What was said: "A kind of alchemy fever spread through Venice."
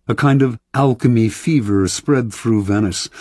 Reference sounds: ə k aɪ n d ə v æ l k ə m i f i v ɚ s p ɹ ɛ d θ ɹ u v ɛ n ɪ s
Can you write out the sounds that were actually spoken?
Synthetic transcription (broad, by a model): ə k aɪ n d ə v æ l k ə m i f i v ɚ s p ɹ ɛ d θ ɹ u v ɛ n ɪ s